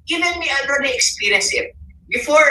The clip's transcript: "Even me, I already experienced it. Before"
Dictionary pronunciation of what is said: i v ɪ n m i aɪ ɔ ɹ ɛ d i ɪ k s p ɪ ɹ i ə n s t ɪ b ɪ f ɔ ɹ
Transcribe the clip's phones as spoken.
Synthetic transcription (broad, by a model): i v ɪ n m i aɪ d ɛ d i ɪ k s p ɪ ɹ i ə n s ɪ b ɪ f ɔ ɹ